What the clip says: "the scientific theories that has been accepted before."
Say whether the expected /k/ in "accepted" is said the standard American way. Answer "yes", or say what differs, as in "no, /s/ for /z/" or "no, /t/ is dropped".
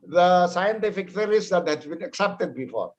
yes